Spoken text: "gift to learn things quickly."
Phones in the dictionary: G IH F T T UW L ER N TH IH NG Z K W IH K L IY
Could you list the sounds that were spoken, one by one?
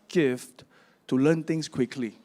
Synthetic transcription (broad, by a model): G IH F T T UW L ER N T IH NG S K W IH K L IY